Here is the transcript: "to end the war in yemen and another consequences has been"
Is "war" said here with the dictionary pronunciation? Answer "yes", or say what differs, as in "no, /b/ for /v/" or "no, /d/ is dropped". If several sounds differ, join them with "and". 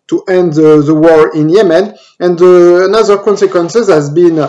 yes